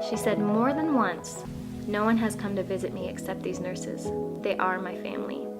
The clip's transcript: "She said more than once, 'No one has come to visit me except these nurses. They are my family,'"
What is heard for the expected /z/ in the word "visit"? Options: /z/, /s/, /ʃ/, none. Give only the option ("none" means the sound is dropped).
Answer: /z/